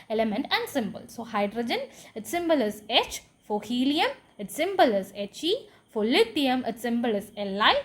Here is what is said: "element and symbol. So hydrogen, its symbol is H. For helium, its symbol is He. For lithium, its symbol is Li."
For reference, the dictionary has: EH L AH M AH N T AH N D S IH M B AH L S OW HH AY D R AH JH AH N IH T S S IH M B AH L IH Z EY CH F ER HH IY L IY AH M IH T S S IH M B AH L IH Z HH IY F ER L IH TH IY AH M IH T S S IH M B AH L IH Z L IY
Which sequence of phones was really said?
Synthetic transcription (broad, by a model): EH L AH M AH N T AH N D S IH M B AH L S OW HH AY D R AH JH AH N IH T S S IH M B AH L IH Z EY CH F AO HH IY L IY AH M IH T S S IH M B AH L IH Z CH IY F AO L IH T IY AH M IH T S S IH M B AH L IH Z L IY